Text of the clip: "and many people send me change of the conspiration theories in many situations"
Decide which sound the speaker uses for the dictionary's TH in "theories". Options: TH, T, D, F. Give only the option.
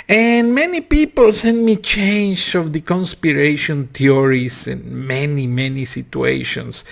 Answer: T